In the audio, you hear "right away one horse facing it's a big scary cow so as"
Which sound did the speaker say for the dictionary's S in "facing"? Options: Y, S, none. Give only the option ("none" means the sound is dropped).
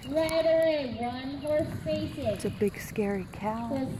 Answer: none